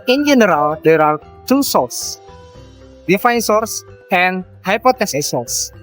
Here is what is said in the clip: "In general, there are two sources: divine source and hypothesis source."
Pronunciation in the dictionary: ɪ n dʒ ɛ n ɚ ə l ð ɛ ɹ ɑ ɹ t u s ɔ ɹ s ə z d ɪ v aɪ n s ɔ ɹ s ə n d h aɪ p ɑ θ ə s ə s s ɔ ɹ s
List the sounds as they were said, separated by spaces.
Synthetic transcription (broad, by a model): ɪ n dʒ ɛ n ɚ ə l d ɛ ɹ ɑ ɹ t u s ɔ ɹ s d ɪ f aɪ n s ɔ ɹ s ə n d h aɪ p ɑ t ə s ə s s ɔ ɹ s